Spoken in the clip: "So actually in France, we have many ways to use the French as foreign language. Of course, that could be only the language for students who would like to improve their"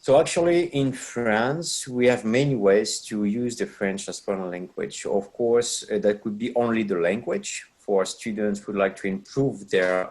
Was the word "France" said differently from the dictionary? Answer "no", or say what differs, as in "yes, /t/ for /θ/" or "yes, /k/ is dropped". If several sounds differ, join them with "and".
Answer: no